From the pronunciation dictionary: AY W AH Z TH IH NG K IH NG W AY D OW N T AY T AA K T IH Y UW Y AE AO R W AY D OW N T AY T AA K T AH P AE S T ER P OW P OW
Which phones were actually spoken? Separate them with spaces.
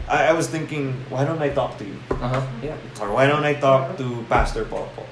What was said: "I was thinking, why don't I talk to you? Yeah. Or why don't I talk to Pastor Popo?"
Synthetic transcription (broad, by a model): AY W AH Z TH IH NG K IH NG W AY D OW N T AY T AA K T IH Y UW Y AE AO R W AY D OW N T AY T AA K T AH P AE S T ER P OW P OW